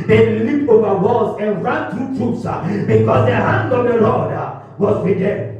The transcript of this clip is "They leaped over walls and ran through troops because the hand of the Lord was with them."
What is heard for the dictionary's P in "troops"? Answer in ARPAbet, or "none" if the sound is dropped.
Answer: none